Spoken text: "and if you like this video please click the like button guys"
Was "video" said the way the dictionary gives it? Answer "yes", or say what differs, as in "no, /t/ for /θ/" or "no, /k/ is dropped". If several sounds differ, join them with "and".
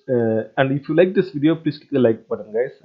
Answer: yes